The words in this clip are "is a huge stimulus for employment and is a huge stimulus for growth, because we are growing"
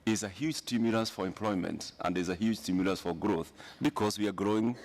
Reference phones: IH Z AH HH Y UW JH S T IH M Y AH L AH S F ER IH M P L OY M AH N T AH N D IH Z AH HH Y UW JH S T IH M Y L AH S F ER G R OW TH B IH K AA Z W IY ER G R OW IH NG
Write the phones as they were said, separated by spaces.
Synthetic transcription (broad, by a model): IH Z AH HH Y UW JH S T IH M Y AH L AH S F ER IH M P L OY M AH N T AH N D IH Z AH HH Y UW JH S T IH M Y L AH S F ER G R OW TH B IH K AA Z W IY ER G R OW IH NG